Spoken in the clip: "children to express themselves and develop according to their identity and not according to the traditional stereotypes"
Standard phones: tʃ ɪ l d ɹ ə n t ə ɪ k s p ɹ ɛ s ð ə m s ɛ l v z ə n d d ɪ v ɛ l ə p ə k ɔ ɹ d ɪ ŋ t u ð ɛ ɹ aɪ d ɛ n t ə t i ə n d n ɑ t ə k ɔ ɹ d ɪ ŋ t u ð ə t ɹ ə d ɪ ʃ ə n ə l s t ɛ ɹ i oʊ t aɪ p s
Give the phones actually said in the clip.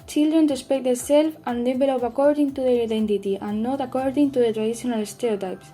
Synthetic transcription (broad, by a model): tʃ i l d ɹ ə n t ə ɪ s p ɛ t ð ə s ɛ l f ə n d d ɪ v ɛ l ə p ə k ɔ ɹ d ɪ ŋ t u ð ɛ ɹ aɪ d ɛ n t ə t i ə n n ɑ t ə k ɔ ɹ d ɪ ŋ t u ð ə t ɹ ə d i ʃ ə n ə l s t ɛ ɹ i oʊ t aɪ p s